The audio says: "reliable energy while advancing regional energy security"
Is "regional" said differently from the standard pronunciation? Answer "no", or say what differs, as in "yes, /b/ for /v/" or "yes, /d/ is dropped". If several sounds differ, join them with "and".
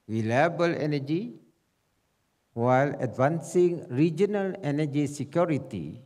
no